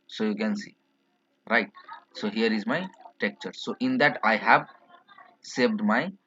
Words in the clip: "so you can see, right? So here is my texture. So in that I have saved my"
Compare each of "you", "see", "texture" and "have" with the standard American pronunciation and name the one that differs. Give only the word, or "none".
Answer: texture